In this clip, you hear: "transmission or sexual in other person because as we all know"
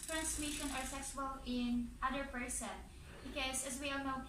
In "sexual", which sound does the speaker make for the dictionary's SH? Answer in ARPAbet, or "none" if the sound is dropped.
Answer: S